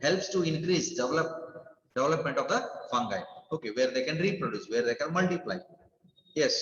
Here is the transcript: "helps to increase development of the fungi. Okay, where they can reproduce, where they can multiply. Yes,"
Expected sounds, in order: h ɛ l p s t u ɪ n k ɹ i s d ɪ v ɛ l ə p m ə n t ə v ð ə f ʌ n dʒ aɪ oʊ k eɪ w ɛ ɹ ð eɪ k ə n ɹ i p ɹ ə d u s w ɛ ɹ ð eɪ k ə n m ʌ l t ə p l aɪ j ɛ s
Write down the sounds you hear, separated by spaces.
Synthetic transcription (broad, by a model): h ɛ l p s t u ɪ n k ɹ i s d ɪ v ɛ l ə p m ə n t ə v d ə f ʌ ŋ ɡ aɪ oʊ k eɪ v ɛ ɹ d eɪ k ə n ɹ i p ɹ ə d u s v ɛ ɹ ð eɪ k ə n m ʌ l t ə p l aɪ j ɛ s